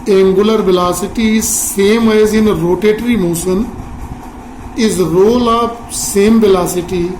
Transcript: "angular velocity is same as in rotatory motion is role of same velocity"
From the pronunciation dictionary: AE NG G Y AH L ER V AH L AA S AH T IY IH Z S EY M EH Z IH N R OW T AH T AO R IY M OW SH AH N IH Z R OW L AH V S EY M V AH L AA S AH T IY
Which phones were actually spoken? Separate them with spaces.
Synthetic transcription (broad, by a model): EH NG G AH L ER V AH L AA S AH T IY S EY M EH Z IH N R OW T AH T R IY M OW S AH N IH Z R OW L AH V S EY M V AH L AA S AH T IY